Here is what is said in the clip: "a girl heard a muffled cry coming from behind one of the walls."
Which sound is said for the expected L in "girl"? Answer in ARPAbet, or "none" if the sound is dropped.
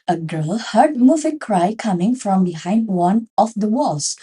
L